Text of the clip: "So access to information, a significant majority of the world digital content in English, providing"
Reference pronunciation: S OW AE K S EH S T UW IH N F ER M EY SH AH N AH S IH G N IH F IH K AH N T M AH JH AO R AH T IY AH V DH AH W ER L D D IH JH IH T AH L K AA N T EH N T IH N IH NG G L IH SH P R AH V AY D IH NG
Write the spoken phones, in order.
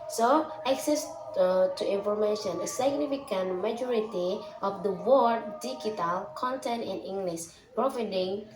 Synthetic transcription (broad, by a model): S OW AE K S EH S T UW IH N F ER M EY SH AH N AH S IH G N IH F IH K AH N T M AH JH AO R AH T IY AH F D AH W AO D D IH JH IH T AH L K AA N T EH N T IH N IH NG G L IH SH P R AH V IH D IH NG